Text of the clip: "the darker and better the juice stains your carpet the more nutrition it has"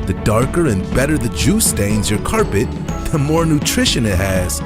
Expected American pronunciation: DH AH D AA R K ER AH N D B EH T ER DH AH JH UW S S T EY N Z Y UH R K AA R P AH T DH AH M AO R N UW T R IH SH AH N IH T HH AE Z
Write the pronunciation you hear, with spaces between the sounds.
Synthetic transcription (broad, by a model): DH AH D AA R K ER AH N B EH T ER DH AH JH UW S S T EY N Z Y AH R K AA R P AH T DH AH M AO R N UW T R IH SH AH N IH T HH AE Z